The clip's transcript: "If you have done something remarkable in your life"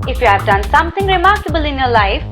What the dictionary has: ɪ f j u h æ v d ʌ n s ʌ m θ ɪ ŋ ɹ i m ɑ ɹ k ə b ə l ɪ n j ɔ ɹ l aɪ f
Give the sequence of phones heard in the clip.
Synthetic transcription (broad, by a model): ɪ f j u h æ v d ʌ n s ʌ m t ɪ ŋ ɹ i m ɑ ɹ k ə b ə l ɪ n j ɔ l aɪ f